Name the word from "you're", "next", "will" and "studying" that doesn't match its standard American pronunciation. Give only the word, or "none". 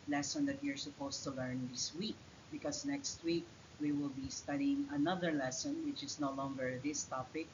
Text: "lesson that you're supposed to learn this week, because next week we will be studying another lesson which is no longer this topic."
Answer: none